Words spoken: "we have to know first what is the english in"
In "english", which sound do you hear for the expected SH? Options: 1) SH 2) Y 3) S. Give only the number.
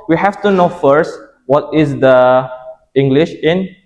1